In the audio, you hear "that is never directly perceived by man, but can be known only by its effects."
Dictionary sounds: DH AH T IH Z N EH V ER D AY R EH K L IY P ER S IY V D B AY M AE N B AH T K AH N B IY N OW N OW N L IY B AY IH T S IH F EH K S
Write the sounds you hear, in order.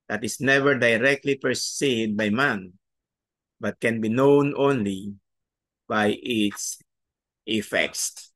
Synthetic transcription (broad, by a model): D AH T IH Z N EH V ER D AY R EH K L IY P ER S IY D B AY M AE N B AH T K AH N B IY N OW N OW N L IY B AY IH T S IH F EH K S